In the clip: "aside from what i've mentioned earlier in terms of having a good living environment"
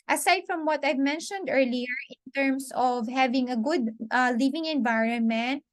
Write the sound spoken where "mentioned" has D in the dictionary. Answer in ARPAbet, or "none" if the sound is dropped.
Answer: D